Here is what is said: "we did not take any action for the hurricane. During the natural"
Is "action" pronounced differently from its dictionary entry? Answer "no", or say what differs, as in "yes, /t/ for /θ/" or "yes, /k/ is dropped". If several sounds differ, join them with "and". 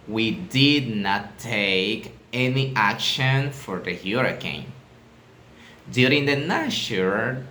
no